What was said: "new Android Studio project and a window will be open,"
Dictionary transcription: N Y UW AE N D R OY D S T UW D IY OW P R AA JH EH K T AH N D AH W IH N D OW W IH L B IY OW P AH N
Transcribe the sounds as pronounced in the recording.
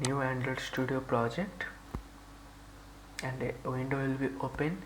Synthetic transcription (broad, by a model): N Y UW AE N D AH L S T UW D IY OW P R AA JH EH K T AH N D AH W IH N D OW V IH L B IY OW P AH N